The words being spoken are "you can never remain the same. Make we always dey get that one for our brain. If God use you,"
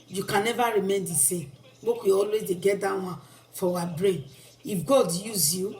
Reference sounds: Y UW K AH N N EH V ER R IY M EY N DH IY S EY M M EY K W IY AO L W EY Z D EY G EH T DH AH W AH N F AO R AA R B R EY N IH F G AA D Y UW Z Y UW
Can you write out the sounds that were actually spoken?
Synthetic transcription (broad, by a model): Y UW K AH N N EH V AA R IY M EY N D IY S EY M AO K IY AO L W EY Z D EY G EH T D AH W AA F AO W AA B R EY N IH F G AA D Y UW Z Y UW